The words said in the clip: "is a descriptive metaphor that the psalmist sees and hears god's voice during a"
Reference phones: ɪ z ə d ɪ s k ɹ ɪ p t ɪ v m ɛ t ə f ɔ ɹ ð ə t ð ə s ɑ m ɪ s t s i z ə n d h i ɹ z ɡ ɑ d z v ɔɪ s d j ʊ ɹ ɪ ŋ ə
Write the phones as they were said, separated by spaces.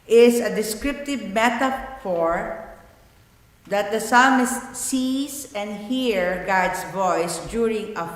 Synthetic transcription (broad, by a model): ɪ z ə d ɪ s k ɹ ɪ p t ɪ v m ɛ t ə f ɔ ɹ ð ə t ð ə s ɑ m ɪ s t s i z ə n d h i ɹ ɡ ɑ d s v ɔɪ s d j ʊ ɹ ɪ ŋ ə